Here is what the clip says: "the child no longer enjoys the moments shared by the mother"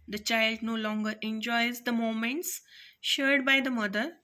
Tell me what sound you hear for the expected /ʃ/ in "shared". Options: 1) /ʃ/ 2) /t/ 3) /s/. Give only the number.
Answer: 1